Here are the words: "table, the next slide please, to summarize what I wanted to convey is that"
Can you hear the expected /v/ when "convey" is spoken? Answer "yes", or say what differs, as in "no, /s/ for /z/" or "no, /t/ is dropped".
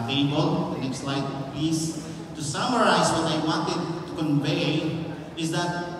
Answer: yes